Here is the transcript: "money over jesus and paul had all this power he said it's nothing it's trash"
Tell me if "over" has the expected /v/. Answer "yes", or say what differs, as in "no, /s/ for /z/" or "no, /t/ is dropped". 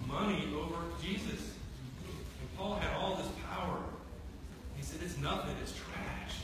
yes